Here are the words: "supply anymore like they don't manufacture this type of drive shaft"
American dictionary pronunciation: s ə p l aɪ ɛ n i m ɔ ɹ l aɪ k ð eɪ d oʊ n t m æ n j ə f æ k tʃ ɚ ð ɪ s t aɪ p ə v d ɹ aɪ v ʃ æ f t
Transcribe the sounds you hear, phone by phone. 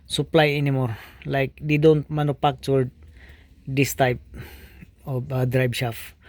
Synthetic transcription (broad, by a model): s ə p l aɪ ɛ n i m ɔ ɹ l aɪ k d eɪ d oʊ n t m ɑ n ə p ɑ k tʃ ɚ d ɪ s t aɪ p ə d ɹ aɪ b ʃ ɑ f